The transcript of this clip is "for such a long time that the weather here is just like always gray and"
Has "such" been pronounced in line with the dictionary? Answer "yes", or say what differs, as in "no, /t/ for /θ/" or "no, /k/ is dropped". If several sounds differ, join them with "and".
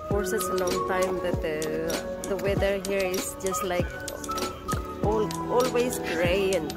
no, /s/ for /tʃ/